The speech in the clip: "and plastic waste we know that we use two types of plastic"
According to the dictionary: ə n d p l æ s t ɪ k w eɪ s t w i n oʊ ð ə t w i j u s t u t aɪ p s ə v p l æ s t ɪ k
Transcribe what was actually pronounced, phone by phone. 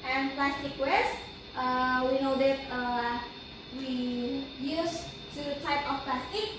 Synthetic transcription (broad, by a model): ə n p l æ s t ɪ k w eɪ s t w i n oʊ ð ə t w i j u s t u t aɪ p ə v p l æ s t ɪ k